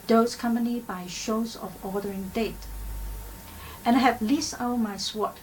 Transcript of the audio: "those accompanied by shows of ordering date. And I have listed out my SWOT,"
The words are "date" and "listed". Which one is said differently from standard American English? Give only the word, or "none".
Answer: listed